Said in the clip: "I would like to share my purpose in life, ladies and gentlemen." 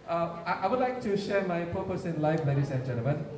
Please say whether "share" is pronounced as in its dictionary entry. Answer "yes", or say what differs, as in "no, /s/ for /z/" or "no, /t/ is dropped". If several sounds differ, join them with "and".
yes